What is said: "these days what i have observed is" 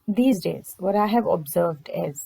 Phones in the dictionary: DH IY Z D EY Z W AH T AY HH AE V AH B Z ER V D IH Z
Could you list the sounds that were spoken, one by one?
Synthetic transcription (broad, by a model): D IY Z D EY Z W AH T AY HH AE V AH B Z ER V D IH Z